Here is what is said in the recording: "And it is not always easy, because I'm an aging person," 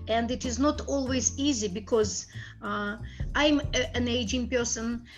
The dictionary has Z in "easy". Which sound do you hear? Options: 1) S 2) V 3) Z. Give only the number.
3